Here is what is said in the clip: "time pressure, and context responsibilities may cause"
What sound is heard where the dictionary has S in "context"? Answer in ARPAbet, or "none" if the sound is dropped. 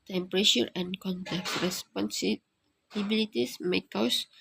none